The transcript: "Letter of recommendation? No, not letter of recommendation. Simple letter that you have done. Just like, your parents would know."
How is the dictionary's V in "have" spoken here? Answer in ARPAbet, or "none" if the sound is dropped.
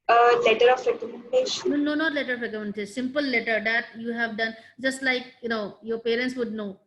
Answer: V